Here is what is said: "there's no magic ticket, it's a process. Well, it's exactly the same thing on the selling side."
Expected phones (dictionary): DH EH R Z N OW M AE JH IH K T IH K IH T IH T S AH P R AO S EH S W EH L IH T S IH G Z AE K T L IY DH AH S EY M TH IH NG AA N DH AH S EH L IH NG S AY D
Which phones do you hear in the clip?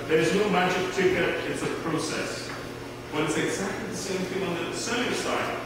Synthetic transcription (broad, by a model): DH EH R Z N OW M AE JH IH K T IH K IH T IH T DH AH P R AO S EH S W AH N IH T S IH G Z AE K T L IY DH AH S EY M TH IH NG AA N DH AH S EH IH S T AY